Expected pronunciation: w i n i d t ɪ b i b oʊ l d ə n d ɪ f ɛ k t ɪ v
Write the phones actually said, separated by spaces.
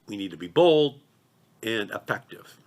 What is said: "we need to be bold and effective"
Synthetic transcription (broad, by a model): w i n i d t ɪ b i b oʊ l d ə n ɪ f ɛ k t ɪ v